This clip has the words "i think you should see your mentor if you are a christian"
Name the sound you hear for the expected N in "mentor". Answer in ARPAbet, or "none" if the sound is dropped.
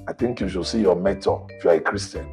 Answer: none